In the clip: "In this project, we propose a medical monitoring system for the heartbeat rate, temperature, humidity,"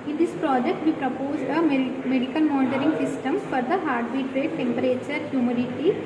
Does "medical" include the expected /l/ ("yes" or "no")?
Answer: no